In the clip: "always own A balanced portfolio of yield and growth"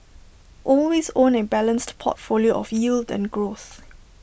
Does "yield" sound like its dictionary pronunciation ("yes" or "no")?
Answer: yes